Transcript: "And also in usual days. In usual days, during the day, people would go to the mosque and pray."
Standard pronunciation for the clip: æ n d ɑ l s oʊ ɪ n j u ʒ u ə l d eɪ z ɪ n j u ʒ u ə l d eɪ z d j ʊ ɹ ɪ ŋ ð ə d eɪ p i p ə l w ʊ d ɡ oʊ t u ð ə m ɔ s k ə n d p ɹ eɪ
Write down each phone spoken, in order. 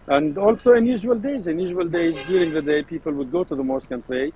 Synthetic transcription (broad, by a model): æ n d ɑ l s oʊ ɪ n j u ʒ u ə l d eɪ z ɪ n j u ʒ u ə l d eɪ z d j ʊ ɹ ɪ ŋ ð ə d eɪ p i p ə l w ʊ d ɡ oʊ t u ð ə m ɔ s k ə n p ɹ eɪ